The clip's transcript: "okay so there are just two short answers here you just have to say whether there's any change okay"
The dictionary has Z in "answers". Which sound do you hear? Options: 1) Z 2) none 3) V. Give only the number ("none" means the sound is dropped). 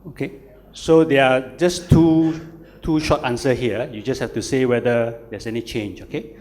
2